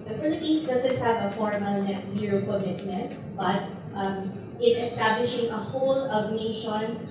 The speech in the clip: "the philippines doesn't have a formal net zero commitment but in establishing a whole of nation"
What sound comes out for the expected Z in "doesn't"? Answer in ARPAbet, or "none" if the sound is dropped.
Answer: Z